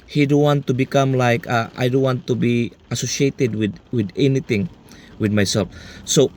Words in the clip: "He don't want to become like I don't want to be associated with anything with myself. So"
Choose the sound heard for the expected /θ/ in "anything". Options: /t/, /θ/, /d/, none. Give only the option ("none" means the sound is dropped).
/t/